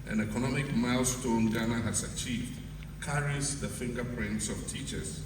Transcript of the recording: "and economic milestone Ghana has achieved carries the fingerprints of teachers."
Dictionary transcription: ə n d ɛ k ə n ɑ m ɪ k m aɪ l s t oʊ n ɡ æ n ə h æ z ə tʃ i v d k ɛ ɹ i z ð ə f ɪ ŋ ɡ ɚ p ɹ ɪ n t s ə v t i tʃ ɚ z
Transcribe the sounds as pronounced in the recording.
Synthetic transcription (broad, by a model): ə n ɛ k ə n ɑ m ɪ k m aɪ l s t oʊ n ɡ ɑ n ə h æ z ə tʃ i v d k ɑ ɹ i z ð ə f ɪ ŋ ɡ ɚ p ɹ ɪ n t s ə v t i tʃ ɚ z